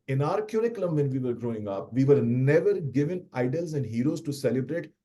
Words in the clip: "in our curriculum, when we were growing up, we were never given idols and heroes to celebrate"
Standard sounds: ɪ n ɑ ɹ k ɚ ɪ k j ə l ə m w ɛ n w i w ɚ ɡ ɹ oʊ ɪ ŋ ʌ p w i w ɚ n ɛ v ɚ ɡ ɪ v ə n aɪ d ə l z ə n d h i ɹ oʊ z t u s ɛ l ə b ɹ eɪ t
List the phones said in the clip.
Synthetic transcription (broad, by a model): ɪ n ɑ ɹ k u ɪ k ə l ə m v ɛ n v i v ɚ ɡ ɹ oʊ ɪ ŋ ʌ p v i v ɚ n ɛ v ɚ ɡ ɪ v ə n aɪ d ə l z ə n d h i ɹ oʊ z t u s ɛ l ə b ɹ eɪ t